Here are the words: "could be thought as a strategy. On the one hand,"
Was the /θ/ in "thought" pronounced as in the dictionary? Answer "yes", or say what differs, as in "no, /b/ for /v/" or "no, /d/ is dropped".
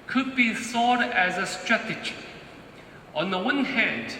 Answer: no, /s/ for /θ/